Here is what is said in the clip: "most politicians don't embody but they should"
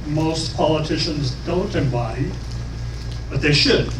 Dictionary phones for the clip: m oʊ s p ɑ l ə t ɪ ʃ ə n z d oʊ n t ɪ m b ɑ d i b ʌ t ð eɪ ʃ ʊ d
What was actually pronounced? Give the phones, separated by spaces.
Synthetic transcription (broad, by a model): m oʊ s p ɑ l ə t ɪ ʃ ə n z d oʊ n t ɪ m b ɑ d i b ʌ t ð eɪ ʃ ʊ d